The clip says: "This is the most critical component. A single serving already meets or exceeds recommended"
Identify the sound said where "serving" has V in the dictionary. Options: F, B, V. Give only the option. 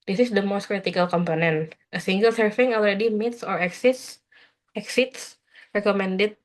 F